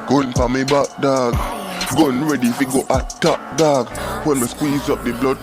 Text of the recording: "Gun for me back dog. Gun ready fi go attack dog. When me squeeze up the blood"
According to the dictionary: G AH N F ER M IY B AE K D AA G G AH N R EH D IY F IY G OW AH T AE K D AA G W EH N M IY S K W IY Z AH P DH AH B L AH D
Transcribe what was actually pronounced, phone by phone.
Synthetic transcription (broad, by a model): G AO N P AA M IY B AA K D AA G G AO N R EH D IY F IY G OW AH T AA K D AA G W EH N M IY S K W IY Z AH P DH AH B L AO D